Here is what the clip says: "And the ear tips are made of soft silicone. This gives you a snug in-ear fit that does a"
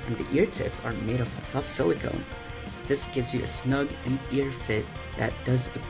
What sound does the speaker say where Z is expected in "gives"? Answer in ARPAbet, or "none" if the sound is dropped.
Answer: Z